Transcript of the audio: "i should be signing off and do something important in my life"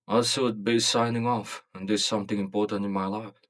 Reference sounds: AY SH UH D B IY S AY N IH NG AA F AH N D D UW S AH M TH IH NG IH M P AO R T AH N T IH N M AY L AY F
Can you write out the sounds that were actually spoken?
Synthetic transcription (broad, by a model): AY S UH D B IY S AY N IH NG AA F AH N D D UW S AH M TH IH NG IH M P AO R T AH N T IH N M AY L AY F